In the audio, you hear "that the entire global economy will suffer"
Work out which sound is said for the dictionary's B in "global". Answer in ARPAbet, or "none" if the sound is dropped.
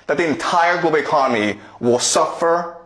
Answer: none